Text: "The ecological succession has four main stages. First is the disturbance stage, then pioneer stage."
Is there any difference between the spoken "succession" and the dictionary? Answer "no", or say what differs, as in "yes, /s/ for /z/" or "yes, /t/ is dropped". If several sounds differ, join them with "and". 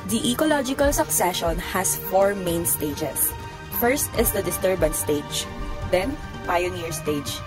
no